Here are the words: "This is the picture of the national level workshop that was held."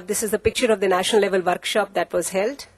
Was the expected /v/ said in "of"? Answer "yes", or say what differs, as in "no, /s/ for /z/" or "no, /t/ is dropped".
yes